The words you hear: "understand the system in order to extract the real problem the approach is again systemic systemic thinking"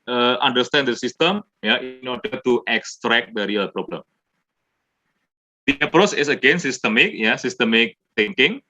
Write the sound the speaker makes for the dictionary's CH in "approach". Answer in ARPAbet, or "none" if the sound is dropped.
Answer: CH